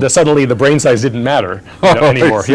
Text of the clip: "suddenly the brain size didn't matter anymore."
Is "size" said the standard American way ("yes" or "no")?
yes